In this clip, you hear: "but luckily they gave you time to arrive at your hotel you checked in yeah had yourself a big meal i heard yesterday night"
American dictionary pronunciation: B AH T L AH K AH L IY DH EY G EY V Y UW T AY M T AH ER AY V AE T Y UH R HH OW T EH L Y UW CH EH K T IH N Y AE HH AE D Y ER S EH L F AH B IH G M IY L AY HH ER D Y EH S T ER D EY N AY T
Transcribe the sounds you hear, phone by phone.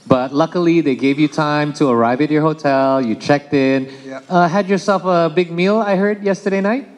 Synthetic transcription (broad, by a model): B AH T L AH K AH L IY DH EY G EY V Y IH T AY M T AH ER AY V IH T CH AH R HH OW T EH L Y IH CH EH K T IH N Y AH HH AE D Y ER S EH L F AH B IH G M IY L AY HH ER D Y EH S T ER D EY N AY T